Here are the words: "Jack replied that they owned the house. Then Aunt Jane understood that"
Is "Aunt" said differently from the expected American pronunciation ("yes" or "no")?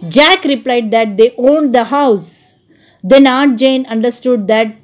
yes